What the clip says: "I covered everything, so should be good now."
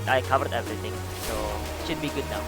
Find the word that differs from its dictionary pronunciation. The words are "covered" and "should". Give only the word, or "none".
none